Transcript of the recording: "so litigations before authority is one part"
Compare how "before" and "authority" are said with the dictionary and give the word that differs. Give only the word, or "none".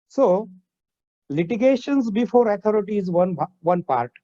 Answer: authority